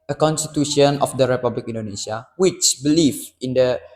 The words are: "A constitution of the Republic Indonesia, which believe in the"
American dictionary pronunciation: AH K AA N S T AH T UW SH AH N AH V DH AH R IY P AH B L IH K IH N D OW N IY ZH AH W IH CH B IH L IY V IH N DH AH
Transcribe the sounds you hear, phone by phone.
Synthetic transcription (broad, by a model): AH K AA N S T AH T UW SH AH N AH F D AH R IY P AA B L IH K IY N D OW N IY S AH W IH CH B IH L IY F IH N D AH